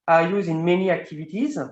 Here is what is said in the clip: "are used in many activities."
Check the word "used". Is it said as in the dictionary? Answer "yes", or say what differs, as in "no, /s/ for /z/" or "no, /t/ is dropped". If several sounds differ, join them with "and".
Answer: no, /d/ is dropped